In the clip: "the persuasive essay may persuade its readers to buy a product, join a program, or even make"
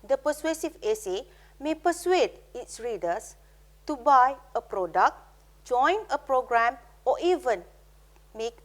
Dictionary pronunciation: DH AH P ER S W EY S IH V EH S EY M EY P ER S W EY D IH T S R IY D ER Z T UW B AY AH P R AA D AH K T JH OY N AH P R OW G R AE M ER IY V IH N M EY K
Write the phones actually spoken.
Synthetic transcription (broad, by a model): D AH P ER S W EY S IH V EH S EY M EY P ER S W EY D IH T S R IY D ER S T UW B AY AH P R AA D AH K T JH OY N AH P R OW G R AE M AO IY V IH N M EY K